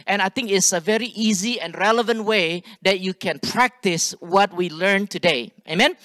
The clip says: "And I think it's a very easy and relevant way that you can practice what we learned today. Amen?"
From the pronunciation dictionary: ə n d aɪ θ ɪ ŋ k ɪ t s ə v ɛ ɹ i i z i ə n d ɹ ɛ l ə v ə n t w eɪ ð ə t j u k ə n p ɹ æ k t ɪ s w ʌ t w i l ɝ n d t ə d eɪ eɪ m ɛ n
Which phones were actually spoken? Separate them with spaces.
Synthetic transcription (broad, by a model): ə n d aɪ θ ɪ ŋ k ɪ t s ə v ɛ ɹ i i z i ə n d ɹ ɛ l ə v ə n t w eɪ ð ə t j u k ə n p ɹ æ k t ɪ s w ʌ t w i l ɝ n t ə d eɪ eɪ m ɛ n